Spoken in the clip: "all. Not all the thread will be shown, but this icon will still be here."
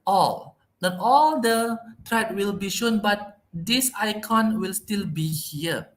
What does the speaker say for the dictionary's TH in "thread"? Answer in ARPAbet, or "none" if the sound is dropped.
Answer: T